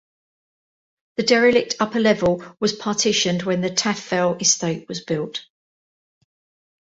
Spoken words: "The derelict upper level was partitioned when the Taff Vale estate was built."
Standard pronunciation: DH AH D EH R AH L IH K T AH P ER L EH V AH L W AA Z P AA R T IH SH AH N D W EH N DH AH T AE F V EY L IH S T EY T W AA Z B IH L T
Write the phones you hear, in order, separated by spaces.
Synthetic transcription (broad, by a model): DH AH D EH R AH L IH K T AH P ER L EH V AH L W AA Z P AA T IH SH AH N W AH N DH AH T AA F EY L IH S T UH T W AA Z B IH L T